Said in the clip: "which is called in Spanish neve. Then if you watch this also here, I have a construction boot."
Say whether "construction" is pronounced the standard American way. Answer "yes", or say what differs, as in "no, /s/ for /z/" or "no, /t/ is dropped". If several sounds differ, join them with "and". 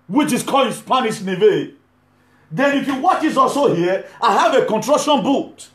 no, /s/ is dropped